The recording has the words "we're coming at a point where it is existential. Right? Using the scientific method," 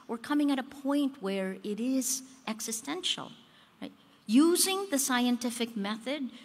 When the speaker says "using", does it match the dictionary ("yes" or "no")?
yes